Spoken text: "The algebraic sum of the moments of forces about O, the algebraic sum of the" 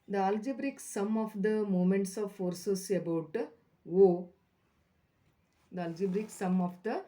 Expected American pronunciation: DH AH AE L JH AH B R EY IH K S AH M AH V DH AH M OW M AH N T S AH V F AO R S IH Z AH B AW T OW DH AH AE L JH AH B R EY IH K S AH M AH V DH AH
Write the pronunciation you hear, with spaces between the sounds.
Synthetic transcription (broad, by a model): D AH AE L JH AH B R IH K S AH M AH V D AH M OW M AH N T S AH V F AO R S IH S AH B AW T OW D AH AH L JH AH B R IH K S AH M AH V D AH